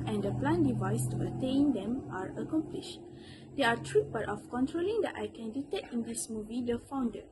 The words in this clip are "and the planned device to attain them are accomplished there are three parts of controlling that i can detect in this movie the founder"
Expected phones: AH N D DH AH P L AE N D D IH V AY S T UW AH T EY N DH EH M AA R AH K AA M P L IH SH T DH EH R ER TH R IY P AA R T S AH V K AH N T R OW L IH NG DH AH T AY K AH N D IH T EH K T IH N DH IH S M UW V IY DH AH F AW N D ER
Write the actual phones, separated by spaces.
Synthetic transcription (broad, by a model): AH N D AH P L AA N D D IH V AY S T UW AH T EY N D EH M AA R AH K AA M P L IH SH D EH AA T R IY B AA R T AH F K AH N T R OW L IH NG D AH T AY K AH N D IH T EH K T IH N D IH S M UW V IY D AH F AW N D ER